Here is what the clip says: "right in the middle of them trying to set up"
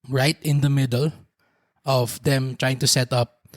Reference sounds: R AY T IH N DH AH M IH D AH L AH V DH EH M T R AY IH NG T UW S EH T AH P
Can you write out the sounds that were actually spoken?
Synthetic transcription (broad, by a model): R AY T IH N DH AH M IH D AH L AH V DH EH M T R AY IH NG T UW S EH T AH P